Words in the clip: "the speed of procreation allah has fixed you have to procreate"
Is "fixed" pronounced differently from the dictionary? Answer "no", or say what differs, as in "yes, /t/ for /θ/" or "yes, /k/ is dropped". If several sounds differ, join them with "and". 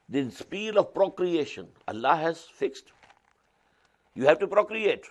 no